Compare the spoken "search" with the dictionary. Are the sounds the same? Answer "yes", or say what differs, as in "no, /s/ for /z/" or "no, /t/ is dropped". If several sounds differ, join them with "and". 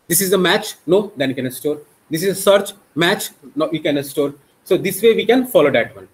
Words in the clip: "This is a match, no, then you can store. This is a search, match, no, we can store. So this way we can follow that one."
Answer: yes